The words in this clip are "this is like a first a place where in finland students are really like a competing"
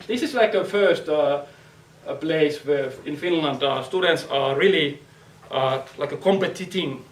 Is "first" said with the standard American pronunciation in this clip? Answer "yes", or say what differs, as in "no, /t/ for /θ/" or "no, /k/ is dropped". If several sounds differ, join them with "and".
yes